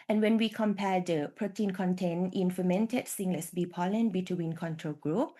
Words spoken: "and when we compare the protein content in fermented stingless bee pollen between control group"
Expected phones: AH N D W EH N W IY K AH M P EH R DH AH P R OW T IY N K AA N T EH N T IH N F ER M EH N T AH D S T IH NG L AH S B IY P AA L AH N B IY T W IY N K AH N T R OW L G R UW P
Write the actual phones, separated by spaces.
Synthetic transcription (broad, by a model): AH N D W EH N W IY K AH M P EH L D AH P R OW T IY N K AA N T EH N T IH N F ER M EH N T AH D S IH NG L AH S B IY P AA L AH N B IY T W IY N K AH N T R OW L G R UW P